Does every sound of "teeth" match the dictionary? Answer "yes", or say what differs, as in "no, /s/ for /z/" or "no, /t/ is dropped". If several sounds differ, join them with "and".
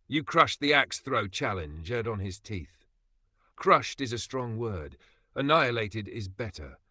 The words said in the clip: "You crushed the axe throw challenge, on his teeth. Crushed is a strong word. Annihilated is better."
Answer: yes